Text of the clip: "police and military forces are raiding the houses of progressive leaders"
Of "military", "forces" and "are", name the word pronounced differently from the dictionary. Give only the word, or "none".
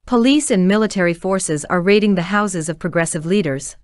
none